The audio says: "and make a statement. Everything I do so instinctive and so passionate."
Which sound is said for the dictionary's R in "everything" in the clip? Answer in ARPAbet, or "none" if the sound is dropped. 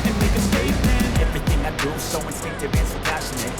R